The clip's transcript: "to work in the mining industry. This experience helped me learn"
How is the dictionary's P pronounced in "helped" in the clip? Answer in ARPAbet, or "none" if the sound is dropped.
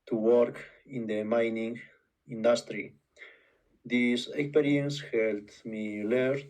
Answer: none